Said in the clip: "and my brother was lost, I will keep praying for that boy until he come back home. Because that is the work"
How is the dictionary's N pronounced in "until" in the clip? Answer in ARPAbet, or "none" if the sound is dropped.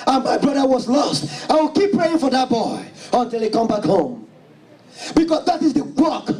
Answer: N